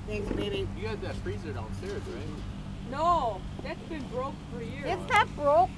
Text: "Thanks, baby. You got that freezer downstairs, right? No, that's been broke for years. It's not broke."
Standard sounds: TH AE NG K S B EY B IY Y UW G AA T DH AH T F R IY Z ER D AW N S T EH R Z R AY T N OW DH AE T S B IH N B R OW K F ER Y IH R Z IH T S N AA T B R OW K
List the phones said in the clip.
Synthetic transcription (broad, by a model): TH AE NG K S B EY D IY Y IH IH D DH AH T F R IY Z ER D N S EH R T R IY N OW DH AE T S B IH N B R OW K F ER Y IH R IH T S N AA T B R OW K